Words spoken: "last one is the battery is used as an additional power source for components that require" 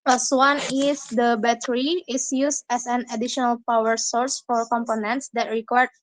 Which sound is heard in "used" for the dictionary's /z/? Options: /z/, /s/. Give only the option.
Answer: /s/